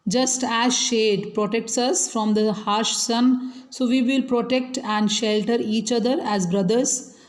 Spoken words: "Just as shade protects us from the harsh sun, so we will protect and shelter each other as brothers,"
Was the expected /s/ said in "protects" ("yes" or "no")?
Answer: yes